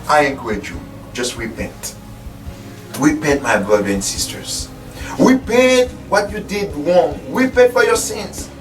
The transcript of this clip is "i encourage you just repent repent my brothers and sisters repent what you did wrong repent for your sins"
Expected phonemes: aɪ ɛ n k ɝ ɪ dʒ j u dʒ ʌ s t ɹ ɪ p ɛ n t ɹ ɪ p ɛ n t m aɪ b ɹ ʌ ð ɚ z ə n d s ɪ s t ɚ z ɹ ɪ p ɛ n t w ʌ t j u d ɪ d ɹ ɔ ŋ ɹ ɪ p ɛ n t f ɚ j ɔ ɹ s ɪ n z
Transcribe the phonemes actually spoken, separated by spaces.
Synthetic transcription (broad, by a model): aɪ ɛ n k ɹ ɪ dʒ j u dʒ ʌ s t ɹ ɪ p ɛ n t ɹ ɪ p ɛ n t m aɪ b ɹ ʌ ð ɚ ə n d s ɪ s t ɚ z ɹ ɪ p ɛ n t w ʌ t j u d ɪ d w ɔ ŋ ɹ ɪ p ɛ n t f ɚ j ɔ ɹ s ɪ n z